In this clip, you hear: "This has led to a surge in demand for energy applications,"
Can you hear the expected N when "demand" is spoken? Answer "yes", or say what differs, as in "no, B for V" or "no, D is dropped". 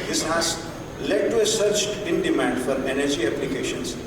yes